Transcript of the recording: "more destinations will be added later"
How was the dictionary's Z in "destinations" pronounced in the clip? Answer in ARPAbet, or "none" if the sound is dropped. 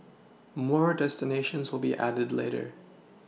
Z